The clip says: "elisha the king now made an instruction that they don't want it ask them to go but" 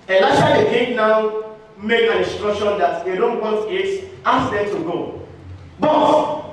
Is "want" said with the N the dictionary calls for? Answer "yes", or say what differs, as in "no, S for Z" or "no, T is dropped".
no, N is dropped